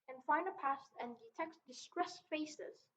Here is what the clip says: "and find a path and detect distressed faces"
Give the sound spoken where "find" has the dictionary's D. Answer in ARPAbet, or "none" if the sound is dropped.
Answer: none